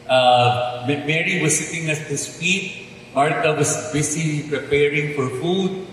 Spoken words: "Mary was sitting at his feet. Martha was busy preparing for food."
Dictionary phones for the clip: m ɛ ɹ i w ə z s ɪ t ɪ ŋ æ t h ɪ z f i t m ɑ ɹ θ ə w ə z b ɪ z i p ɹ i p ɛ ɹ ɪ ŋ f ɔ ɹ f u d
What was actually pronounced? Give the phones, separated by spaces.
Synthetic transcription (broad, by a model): m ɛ ɹ i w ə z s ɪ t ɪ ŋ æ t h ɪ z f i t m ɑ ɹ t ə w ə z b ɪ s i p ɹ i p ɛ ɹ ɪ ŋ f ɔ ɹ f u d